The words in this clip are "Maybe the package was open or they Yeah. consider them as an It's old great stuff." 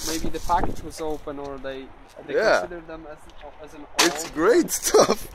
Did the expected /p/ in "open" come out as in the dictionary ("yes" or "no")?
yes